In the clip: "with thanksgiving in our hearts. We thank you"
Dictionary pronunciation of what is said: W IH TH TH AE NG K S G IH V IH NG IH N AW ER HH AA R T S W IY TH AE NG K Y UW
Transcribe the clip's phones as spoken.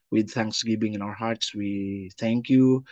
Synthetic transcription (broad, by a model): W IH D TH AE NG K S G IH V IH NG IH N AW ER HH AA R T S W IY TH AE NG K Y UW